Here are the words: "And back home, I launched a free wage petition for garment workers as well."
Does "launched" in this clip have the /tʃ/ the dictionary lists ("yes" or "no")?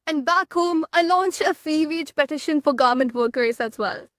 yes